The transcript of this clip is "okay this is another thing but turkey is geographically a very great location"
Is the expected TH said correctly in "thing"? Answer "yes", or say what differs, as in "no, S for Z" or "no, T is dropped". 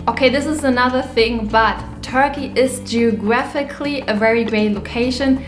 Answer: yes